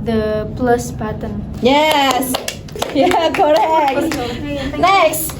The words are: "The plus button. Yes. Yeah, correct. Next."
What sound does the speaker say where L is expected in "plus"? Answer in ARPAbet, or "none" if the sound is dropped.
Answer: L